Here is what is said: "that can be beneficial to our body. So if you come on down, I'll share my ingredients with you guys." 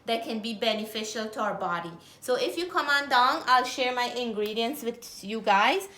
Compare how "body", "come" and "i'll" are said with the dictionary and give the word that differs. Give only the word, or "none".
none